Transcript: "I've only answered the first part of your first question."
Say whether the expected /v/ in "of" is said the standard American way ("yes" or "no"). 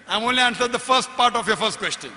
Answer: no